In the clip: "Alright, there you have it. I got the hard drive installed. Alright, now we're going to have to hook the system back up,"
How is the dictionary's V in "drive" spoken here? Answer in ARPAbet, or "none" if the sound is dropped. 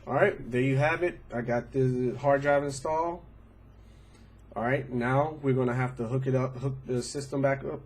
V